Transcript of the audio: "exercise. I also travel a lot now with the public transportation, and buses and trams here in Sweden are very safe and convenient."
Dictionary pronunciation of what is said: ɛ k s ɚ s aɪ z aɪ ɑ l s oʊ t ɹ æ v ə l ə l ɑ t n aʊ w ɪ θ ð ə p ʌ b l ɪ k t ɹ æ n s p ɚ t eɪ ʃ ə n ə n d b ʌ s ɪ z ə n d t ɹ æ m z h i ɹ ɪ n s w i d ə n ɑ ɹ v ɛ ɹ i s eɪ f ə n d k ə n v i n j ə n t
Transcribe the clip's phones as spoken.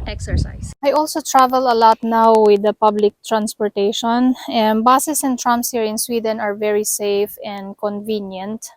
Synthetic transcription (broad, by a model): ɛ k s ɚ s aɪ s aɪ ɑ l s oʊ t ɹ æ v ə l ə l ɑ t n aʊ w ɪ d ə p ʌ b l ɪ k t ɹ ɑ n s p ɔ t eɪ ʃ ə n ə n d b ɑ s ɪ s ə n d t ɹ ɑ m s h i ɹ ɪ n s w i d ə n ɑ ɹ v ɛ ɹ i s eɪ f ə n d k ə n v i n j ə n t